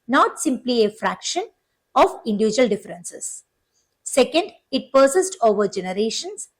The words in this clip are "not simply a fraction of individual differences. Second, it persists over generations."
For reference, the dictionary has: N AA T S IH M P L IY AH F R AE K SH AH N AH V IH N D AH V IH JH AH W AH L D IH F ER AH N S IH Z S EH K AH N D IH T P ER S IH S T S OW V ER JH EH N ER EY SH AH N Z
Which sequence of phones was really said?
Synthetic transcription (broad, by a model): N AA T S IH M P L IY AH F R AE K SH AH N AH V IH N D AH V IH JH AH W AH L D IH F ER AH N S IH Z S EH K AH N D IH T P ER S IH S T OW V ER JH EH N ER EY SH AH N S